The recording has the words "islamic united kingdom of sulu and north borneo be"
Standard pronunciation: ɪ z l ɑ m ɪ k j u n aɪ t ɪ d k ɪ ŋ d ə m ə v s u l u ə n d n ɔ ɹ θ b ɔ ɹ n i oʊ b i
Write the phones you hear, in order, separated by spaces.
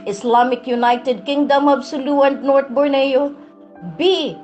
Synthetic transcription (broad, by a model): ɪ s l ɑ m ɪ k j u n aɪ t ɪ d k ɪ ŋ d ə m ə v s u l u ə n d n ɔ ɹ t b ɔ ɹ n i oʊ b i